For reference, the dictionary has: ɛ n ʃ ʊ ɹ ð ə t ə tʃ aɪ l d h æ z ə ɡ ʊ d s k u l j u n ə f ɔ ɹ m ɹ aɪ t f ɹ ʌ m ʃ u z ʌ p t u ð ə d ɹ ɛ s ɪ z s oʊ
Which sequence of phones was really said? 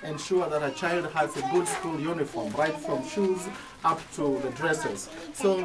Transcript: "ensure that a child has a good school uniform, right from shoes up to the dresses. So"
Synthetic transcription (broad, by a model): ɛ n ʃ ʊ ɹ ð ə t ə tʃ aɪ l d h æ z ə ɡ ʊ d s k u l j u n ə f ɔ ɹ m ɹ aɪ t f ɹ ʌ m ʃ u z ʌ p t u ð ə d ɹ ɛ s ɪ z s oʊ